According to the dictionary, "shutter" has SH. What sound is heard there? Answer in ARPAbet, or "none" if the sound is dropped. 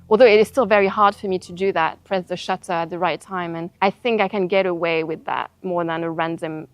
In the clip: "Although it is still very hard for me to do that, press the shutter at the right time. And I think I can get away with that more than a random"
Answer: SH